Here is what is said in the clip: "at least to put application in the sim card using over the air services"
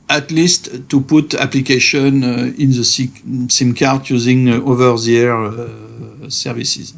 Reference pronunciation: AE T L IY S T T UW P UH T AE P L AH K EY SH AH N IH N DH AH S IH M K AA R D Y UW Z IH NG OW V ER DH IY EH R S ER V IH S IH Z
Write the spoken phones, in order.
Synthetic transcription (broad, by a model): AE T L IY S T T UW P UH T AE P L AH K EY SH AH N IH N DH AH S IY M K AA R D Y UW Z IH NG OW V ER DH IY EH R S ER V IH S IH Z